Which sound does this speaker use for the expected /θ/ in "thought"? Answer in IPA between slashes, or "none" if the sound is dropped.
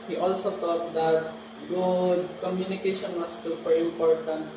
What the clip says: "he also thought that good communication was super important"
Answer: /t/